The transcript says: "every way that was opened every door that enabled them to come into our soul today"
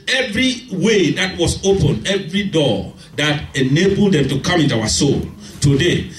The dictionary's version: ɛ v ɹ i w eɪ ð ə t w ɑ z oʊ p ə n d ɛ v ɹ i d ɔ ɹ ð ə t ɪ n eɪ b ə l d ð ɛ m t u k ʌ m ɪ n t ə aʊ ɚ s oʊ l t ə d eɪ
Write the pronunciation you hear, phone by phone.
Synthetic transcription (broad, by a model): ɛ v ɹ i w eɪ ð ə t w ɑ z oʊ p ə n ɛ v ɹ i d ɔ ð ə t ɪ n eɪ b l d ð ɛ m t u k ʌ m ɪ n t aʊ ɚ s oʊ l t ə d eɪ